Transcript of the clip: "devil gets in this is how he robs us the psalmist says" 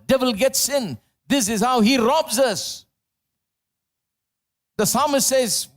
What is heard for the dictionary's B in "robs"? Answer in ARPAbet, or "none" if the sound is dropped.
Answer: B